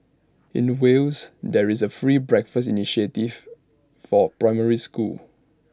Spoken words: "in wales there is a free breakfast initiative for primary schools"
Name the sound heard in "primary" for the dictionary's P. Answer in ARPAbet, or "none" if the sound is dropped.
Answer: P